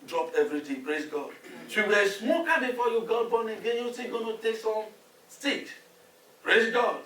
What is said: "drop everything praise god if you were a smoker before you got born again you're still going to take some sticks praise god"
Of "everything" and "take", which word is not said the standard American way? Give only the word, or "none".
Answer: everything